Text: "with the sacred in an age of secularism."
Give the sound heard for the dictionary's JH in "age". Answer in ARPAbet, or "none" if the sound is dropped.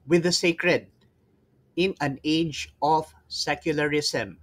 JH